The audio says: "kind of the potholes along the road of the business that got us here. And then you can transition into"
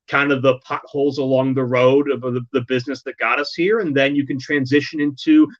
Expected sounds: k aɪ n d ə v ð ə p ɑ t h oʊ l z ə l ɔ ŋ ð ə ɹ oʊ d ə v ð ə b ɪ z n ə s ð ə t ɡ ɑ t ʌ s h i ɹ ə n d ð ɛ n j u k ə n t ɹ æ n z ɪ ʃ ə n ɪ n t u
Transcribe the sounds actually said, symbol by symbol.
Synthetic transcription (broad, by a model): k aɪ n d ə v ð ə p ɑ t h oʊ l z ə l ɔ ŋ ð ə ɹ oʊ d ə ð ð ə b ɪ z n ə s ð ə t ɡ ɑ t ʌ s h i ɹ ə n ð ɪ n j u k ə n t ɹ æ n z ɪ ʃ ə n ɪ n t u